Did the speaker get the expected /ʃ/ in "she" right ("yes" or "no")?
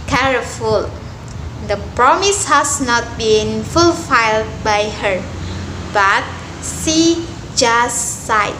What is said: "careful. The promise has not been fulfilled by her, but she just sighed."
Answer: no